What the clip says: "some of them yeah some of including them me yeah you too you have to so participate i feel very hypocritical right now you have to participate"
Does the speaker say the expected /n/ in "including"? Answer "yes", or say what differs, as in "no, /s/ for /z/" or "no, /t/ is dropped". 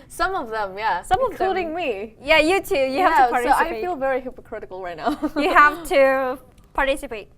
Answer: no, /n/ is dropped